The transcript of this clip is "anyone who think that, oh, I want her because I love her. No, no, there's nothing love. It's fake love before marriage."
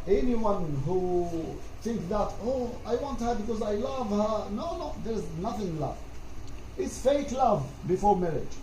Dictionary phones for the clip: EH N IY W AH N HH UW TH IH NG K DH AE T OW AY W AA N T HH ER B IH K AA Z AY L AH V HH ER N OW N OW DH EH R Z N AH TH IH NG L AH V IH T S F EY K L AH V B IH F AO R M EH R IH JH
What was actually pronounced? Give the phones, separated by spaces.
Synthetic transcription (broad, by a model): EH N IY W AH N HH UW TH IH NG K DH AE T OW AY W AA N T HH ER B IH K AA Z AY L AH V HH ER N OW N OW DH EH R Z N AH TH IH NG L AH V IH T S F EY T L AH V B IH F AO R M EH R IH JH